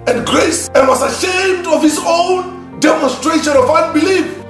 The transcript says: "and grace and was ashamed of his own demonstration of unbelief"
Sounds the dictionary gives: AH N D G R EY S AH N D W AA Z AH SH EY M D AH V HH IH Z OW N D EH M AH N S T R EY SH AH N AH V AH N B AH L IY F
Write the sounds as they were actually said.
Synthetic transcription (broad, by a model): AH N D G R EY S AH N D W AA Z AH SH EY M D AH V HH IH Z OW N D EH M AH N S T R EY SH AH N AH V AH N B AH L IY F